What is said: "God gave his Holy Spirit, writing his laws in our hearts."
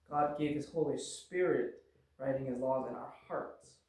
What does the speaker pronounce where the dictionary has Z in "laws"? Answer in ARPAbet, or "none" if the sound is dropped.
Z